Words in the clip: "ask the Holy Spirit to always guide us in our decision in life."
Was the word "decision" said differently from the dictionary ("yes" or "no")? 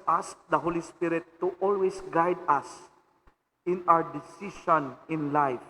yes